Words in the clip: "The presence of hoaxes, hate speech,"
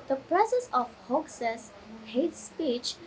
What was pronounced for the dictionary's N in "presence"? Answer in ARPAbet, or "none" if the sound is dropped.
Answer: none